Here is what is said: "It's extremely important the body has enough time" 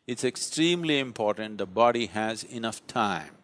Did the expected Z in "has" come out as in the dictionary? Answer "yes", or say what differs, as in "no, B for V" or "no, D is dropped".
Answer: yes